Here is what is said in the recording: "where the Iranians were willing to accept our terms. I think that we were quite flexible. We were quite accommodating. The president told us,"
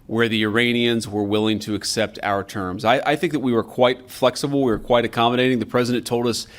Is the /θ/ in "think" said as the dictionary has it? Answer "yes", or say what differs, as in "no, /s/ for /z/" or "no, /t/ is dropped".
yes